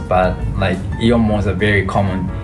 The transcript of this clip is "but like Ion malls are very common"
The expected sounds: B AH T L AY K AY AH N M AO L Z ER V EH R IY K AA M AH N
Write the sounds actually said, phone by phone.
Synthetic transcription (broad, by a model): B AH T L AY K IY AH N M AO Z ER V EH R IY K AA M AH N